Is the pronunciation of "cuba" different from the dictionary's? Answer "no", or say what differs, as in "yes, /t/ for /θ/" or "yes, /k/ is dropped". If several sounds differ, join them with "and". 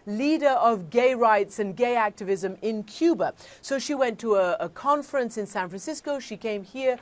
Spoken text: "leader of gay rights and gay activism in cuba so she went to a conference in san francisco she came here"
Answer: no